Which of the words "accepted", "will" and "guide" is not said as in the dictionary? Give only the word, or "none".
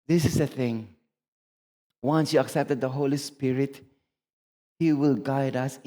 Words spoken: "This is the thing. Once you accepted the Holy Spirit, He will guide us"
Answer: none